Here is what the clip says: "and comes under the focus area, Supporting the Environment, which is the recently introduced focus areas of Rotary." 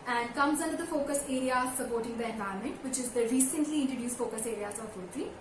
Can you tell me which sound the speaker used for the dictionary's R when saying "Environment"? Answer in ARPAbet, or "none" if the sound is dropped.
none